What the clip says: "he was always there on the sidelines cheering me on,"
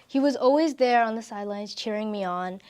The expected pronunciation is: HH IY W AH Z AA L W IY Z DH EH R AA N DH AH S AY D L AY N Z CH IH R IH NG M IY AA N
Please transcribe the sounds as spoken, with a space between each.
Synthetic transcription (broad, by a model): HH IY W AH Z AA L W IY Z DH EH R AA N DH AH S AY D L AY N Z CH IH R IH NG M IY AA N